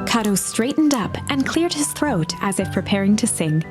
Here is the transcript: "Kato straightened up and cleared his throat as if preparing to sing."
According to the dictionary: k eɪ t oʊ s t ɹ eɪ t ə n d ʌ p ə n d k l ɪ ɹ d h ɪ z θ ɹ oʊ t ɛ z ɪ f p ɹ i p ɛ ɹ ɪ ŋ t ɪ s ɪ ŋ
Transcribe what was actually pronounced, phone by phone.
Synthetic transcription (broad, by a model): k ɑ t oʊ s t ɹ eɪ t n d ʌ p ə n k l ɪ ɹ d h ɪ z θ ɹ oʊ t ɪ z ɪ f p ɹ i p ɛ ɹ ɪ ŋ t ɪ s ɪ ŋ